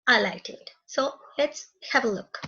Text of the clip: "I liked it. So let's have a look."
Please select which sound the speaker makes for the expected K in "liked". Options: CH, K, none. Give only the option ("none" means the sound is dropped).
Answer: none